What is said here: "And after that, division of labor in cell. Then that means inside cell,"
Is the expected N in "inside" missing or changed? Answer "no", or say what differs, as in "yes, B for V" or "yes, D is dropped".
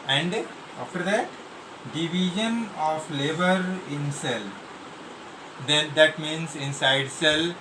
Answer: no